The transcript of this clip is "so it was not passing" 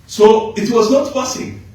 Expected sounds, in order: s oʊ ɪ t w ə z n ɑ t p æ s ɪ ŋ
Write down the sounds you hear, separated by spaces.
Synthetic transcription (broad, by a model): s oʊ ɪ t w ə z n ɑ t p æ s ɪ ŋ